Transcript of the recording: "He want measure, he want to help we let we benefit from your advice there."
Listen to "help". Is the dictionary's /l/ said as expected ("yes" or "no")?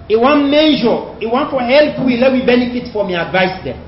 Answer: yes